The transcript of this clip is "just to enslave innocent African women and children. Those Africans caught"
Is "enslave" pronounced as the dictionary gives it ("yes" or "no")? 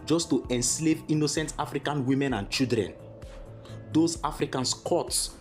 yes